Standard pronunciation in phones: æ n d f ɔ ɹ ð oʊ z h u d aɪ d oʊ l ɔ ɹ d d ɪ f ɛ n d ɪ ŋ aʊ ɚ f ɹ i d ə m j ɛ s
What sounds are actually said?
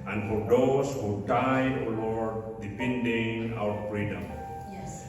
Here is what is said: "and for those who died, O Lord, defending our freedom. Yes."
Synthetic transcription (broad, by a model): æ n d f ɔ ɹ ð oʊ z h u d aɪ d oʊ l ɔ ɹ d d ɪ p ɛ n d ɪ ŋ aʊ ɚ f ɹ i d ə m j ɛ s